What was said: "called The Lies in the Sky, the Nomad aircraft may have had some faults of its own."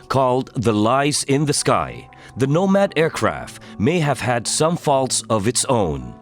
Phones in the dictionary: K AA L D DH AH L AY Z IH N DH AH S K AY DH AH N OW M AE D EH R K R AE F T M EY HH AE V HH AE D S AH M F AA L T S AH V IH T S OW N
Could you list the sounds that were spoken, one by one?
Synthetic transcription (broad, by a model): K AA L D DH AH L AY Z IH N DH AH S K AY DH AH N OW M AE D EH R K R AE F T M EY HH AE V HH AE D S AH M F AA L T S AH V IH T S OW N